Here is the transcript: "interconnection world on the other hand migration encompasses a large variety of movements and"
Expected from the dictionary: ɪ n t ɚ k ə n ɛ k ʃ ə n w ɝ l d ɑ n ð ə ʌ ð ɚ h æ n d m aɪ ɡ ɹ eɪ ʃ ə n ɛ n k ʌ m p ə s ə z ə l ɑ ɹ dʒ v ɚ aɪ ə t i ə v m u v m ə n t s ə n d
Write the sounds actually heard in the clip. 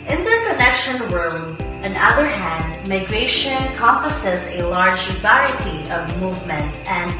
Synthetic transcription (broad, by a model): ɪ n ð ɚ k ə n ɛ k ʃ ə n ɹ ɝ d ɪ n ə ʌ ð ɚ h æ n d m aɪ ɡ ɹ eɪ ə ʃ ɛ n k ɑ m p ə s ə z ə l ɑ ɹ dʒ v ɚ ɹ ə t i ə v m u v m ə n t s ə n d